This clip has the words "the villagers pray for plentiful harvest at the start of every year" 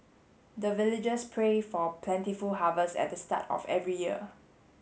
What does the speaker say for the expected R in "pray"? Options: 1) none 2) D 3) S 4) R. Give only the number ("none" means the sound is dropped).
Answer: 4